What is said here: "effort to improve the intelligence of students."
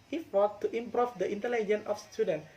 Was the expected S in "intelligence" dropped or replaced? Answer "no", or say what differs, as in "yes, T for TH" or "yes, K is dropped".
yes, S is dropped